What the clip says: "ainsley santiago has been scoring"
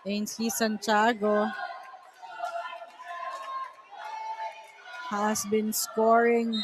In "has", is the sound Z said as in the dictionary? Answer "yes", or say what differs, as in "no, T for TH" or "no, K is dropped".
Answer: no, S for Z